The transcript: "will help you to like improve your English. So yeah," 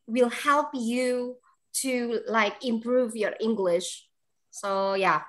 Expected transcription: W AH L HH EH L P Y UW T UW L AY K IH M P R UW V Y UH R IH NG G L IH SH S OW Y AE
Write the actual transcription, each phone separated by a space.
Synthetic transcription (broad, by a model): W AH L HH EH L P Y UW T UW L AY K IH M P R UW V Y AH R IH NG G L IH SH S OW Y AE